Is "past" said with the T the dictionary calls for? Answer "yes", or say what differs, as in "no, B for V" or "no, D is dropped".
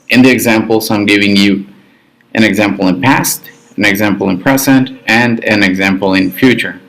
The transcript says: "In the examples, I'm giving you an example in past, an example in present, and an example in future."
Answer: yes